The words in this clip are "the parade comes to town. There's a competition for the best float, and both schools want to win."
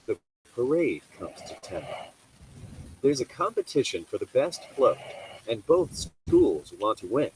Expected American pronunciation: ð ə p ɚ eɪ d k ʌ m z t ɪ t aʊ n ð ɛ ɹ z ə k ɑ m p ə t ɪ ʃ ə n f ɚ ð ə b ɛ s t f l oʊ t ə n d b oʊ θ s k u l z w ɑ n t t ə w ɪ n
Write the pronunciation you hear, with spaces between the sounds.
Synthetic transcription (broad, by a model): ð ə p ɚ eɪ d k ʌ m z t ɪ t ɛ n ð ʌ ɹ z ə k ɑ m p ə t ɪ ʃ ə n f ɚ ð ə b ɛ s t f l oʊ t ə n b oʊ θ s k u l z w ɑ n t t ə w ɪ n